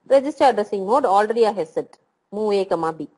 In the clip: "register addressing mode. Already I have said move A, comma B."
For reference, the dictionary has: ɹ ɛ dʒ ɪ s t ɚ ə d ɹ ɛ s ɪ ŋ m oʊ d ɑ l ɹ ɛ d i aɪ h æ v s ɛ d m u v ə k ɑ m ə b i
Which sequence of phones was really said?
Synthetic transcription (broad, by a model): ɹ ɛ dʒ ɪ s t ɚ ə d ɹ ɛ s ɪ ŋ m oʊ d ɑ l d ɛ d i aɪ h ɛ s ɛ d m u ə k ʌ m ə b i